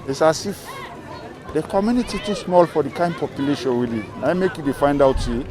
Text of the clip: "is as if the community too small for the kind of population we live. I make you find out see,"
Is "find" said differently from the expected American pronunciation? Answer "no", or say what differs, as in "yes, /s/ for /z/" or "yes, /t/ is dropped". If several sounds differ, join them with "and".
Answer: no